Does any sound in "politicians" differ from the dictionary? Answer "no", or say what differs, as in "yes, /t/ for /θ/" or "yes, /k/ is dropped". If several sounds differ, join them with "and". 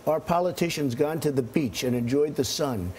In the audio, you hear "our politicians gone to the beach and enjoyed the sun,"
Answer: no